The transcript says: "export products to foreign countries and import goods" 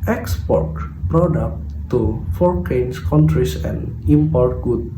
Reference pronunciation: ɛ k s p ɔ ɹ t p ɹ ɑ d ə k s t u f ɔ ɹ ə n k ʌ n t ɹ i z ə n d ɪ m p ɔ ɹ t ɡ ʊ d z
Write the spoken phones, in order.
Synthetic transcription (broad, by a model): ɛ k s p ɔ ɹ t p ɹ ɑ d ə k t u f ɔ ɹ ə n k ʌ n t ɹ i s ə n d ɪ m p ɔ ɹ t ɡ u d